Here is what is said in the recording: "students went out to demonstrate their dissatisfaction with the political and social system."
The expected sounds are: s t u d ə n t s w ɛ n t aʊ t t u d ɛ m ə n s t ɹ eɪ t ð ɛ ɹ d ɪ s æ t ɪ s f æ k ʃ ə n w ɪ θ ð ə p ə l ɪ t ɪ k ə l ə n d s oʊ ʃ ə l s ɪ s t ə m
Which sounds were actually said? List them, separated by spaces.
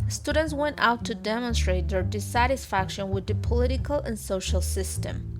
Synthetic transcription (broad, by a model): s t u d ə n t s w ɛ n t aʊ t t u d ɛ m ə n s t ɹ eɪ t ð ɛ ɹ d ɪ s æ t ɪ s f æ k ʃ ə n w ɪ ð ə p ə l ɪ t ɪ k ə l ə n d s oʊ ʃ ə l s ɪ s t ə m